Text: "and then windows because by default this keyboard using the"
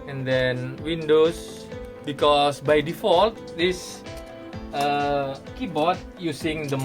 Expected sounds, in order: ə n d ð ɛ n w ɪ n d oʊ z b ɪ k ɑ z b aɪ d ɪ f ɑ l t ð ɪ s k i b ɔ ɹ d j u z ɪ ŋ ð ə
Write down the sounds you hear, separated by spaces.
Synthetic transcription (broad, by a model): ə n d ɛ n w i n d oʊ s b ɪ k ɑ s b aɪ d ɪ f ɑ l t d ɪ s k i b ɔ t j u s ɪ ŋ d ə